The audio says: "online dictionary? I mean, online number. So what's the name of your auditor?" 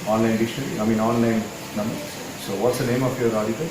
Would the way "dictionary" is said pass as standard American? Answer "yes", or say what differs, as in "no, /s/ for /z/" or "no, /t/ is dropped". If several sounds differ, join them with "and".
no, /k/ is dropped and /l/ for /ɹ/